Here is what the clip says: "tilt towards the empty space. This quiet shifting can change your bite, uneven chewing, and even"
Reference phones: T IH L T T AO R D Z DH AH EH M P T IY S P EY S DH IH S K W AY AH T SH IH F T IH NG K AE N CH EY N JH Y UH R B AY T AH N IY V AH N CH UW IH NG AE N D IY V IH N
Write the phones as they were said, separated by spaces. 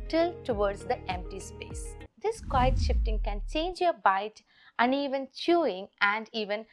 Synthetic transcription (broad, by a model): T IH L T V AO R D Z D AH EH M P T IY S P EY S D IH S K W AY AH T SH IH F T IH NG K AE N CH EY N JH Y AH R B AY T AH N IY V AH N CH UW IH NG AE N D IY V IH N